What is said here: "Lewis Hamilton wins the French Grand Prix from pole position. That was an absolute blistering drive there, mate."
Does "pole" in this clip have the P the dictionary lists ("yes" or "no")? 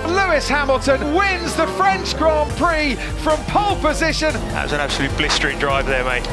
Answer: yes